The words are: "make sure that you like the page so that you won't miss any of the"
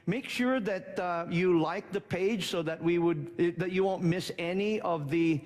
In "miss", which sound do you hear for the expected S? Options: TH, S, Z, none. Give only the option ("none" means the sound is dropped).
S